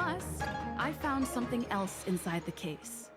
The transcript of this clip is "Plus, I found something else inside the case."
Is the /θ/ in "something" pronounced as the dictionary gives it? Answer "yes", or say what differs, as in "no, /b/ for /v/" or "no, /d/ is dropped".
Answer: yes